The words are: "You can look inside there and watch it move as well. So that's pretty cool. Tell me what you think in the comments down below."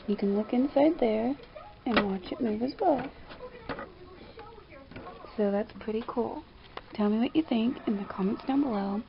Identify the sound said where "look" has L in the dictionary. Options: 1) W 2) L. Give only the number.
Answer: 2